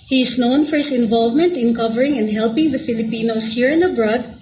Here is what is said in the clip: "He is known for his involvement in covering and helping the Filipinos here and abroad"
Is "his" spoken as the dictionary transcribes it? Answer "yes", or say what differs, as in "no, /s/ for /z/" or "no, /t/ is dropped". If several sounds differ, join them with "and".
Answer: no, /s/ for /z/